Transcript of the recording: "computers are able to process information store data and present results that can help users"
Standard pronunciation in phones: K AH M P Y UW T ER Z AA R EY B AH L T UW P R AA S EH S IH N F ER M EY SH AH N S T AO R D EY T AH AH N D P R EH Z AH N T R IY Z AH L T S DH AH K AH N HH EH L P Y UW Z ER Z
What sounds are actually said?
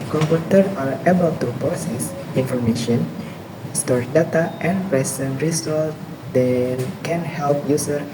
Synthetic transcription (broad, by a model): K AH M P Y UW T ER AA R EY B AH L T UW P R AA S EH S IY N F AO M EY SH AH N S T AO R D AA T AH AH N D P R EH S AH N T R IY S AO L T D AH K AH N HH EH L P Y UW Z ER